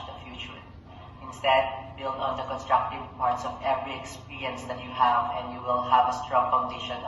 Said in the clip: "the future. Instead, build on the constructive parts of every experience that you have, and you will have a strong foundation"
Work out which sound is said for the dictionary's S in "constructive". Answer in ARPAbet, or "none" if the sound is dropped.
S